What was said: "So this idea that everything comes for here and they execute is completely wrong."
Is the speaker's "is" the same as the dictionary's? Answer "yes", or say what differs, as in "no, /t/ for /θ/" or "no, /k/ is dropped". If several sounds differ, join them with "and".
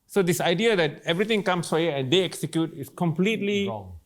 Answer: no, /s/ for /z/